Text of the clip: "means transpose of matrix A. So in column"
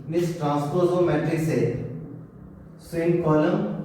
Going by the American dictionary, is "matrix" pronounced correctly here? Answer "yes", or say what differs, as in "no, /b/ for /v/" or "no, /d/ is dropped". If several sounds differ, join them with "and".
no, /k/ is dropped